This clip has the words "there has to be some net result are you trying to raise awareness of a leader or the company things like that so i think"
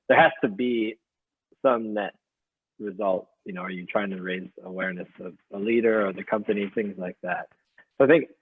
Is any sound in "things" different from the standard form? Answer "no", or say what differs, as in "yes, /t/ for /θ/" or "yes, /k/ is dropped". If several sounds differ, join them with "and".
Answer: no